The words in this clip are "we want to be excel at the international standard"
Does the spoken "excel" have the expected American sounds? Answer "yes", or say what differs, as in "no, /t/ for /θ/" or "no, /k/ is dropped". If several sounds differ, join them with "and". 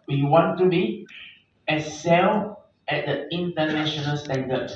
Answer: no, /k/ is dropped